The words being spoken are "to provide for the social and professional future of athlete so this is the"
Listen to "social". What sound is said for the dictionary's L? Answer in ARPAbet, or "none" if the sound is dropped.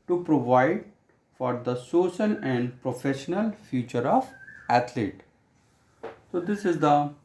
N